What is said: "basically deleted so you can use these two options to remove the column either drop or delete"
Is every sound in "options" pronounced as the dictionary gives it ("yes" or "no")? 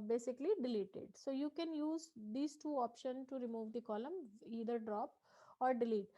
no